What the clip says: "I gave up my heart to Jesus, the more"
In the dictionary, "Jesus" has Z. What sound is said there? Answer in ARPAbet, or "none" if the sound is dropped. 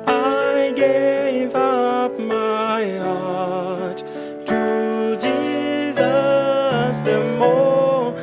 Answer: Z